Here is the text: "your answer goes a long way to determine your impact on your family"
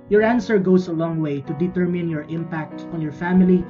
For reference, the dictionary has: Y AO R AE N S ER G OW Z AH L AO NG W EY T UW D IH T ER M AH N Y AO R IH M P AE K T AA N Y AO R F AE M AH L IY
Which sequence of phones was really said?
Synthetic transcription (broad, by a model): Y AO R AE N S ER G OW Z AH L AO NG W EY T UW D IH T ER M AH N Y AO R IH M P AE K T AA N Y AO R F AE M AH L IY